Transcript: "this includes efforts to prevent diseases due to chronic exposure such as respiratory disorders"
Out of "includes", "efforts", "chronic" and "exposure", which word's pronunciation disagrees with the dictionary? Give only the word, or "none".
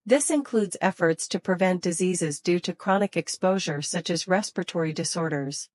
none